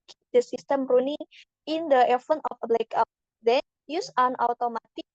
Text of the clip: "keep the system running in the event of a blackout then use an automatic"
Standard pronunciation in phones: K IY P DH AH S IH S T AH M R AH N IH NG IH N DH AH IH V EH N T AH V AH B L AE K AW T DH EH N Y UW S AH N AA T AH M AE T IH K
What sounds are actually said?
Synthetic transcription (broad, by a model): K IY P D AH S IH S T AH M R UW N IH NG IH N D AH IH F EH N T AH F AH B L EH K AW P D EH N Y UW S AH N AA T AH M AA T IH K